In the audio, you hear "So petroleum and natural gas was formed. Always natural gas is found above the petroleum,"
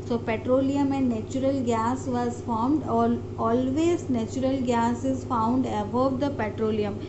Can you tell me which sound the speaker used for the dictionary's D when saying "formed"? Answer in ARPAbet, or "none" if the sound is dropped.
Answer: D